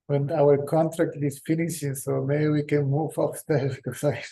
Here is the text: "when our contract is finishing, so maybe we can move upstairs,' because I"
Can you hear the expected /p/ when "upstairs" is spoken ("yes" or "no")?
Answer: no